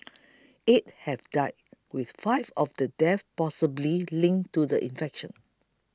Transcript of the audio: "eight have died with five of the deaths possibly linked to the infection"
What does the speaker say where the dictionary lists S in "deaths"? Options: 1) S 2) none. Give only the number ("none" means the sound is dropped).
2